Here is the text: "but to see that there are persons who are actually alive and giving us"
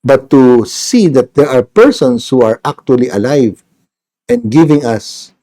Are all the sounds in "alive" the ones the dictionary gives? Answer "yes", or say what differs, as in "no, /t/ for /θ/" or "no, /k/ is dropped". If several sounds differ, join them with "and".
yes